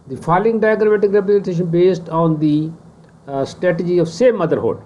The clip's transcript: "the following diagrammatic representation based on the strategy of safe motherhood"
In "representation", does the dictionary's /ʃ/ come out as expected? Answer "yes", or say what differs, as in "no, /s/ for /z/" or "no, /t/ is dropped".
yes